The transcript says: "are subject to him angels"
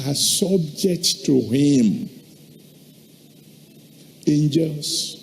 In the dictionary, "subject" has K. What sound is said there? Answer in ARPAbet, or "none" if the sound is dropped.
K